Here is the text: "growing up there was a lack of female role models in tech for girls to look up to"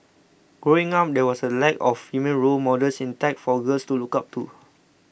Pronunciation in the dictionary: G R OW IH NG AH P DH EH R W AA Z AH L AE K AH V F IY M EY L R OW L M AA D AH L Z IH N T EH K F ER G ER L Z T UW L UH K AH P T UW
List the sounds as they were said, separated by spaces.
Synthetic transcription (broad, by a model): G R OW IH NG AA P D EH W AA S AH L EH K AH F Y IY M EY N R OW L M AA D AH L S IH N T EH K F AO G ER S T UW L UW K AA P T UW